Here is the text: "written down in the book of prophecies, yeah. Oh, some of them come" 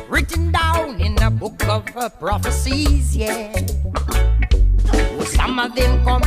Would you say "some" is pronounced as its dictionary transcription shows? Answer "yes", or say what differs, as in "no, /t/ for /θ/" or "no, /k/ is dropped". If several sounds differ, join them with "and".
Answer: yes